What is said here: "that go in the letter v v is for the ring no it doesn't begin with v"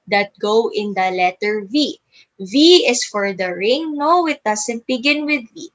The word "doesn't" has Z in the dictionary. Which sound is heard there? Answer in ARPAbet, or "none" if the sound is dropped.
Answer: S